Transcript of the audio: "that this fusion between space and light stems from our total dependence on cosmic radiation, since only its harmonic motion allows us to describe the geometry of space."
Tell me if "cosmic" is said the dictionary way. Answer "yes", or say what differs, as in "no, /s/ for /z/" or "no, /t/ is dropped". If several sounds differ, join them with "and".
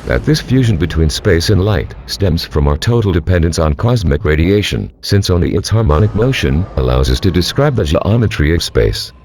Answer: yes